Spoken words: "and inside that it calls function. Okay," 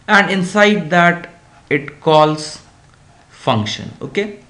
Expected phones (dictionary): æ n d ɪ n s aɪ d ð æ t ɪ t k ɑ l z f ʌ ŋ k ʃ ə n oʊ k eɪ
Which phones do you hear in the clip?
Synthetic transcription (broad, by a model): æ n d ɪ n s aɪ d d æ t ɪ t k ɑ l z f ʌ ŋ k ʃ ə n oʊ k eɪ